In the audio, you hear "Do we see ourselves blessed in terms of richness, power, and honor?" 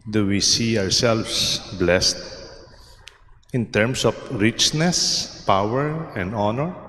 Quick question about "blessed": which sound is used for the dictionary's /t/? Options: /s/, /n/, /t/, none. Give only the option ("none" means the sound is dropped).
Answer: /t/